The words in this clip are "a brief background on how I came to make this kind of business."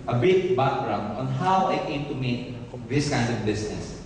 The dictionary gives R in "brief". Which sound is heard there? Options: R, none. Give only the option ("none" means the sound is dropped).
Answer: none